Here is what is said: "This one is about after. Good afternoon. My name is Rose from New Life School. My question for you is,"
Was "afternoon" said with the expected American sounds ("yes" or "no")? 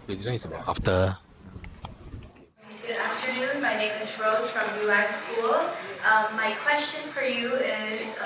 yes